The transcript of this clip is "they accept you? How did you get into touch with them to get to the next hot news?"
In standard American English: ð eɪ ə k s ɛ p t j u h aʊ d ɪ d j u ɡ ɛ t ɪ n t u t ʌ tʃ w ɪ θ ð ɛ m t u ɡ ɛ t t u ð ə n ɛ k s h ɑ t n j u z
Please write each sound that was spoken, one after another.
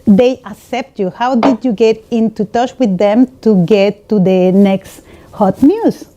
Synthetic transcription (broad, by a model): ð eɪ ə k s ɛ p t j u h aʊ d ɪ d j u ɡ ɛ t ɪ n t u t ʌ tʃ w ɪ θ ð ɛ m t u ɡ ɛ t t u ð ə n ɛ k s h ɑ t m j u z